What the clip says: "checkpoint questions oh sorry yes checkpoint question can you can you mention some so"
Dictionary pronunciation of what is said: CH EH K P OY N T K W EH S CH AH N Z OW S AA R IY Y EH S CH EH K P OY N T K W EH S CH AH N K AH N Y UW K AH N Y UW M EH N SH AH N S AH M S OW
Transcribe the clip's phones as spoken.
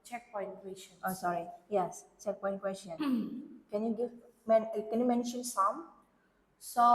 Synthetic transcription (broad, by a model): CH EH K P OY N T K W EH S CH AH N OW S AA R IY Y EH S CH EH K P OY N K W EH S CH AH N K AH N Y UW K AH N Y UW M EH N SH AH N S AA M S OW